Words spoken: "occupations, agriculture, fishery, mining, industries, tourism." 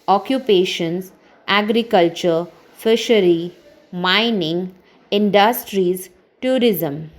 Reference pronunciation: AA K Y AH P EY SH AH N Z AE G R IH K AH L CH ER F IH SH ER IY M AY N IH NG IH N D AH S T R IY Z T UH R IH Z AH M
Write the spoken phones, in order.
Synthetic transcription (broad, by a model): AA K Y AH P EY SH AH N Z AE G R IH K AH L CH ER F IH SH ER IY M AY N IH NG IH N D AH S T R IY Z T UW R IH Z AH M